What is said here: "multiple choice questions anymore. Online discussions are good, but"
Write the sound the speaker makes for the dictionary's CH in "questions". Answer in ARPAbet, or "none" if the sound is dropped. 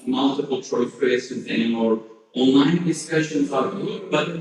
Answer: none